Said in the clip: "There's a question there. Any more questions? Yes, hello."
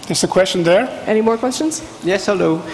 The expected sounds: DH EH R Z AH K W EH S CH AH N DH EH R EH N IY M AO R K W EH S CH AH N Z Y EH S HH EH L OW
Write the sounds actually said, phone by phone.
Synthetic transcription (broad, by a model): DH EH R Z AH K W EH S CH AH N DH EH R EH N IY M AO R K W EH S CH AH N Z Y EH S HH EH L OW